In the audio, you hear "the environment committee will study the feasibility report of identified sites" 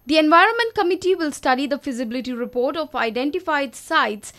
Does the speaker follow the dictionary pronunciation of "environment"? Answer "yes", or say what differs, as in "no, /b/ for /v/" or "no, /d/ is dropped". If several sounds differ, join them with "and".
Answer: yes